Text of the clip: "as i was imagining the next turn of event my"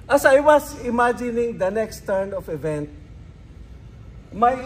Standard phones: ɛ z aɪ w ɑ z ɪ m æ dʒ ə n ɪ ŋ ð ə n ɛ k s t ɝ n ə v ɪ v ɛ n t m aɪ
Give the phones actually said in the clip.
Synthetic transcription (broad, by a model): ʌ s aɪ w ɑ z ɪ m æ dʒ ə n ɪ ŋ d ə n ɛ k s t ɝ n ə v ɪ v ɛ n t m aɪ